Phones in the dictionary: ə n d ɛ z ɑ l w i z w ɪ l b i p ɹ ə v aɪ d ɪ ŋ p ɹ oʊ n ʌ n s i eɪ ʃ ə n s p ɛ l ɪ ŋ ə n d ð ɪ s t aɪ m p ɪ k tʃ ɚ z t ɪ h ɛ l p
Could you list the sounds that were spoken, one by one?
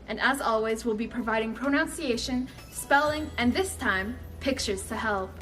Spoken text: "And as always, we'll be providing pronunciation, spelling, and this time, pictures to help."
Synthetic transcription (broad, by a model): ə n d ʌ z ɑ l w i z w ɪ l b i p ɹ ə v aɪ d ɪ ŋ p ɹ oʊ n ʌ n s i eɪ ʃ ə n s p ɛ l ɪ ŋ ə n ð ɪ s t aɪ m p ɪ k tʃ ɚ z t ɪ h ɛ l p